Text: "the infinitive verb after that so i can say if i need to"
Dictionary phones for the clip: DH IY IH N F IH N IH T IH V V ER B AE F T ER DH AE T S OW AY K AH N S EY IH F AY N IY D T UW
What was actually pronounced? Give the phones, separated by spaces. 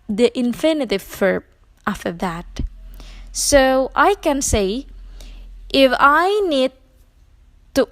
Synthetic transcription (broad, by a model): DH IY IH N F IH N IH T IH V F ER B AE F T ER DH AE T S OW AY K AH N S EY IH F AY N IY D T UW